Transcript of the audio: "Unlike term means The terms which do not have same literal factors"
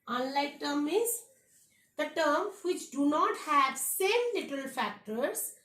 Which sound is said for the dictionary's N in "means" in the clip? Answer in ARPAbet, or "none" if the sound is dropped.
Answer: none